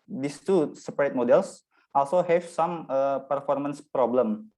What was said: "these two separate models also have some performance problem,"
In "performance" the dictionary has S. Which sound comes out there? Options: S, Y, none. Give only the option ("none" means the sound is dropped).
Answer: S